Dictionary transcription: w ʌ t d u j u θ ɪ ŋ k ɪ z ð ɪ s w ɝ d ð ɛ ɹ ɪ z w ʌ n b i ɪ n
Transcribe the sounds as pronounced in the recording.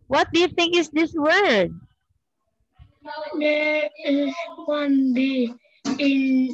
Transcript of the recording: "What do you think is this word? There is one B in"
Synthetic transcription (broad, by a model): w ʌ t d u j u θ ɪ ŋ k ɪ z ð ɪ s w ɝ d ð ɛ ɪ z w ʌ n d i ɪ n